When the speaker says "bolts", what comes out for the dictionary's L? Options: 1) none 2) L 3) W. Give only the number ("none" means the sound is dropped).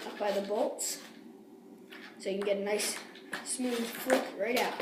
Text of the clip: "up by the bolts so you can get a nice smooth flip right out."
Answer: 2